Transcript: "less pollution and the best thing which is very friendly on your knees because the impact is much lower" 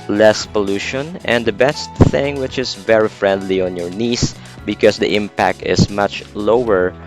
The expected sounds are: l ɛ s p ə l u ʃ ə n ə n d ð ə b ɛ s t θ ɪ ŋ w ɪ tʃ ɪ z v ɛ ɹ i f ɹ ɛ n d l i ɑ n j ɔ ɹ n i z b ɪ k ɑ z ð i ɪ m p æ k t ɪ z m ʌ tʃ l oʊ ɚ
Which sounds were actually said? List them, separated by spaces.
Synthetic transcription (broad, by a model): l ɛ s p ə l u ʃ ə n ə n d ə b ɛ s t θ ɪ ŋ w ɪ tʃ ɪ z v ɛ ɹ i f ɹ ɛ n d l i ɑ n j ɔ ɹ n i s b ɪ k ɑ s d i ɪ m p æ k t ɪ s m ʌ tʃ l oʊ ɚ